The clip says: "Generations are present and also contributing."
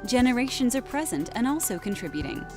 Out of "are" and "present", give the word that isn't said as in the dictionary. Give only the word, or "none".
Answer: none